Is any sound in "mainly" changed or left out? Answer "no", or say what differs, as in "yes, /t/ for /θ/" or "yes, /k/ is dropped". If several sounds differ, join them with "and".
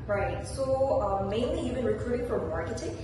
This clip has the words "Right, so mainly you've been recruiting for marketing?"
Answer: no